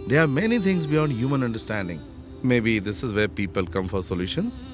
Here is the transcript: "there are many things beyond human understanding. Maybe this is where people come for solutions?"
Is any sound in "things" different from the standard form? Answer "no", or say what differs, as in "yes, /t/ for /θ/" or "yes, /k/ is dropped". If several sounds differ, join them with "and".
yes, /t/ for /θ/